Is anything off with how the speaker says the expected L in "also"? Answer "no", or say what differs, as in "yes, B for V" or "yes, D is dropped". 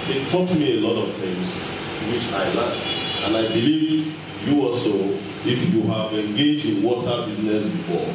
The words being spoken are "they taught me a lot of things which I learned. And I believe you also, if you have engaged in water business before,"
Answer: yes, L is dropped